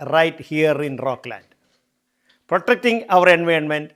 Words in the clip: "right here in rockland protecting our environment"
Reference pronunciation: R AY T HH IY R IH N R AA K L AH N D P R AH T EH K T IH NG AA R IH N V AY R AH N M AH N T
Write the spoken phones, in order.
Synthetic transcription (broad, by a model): R AY T HH IY R IH N R AA K L AH N D P R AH T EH K T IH NG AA R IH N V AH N M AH N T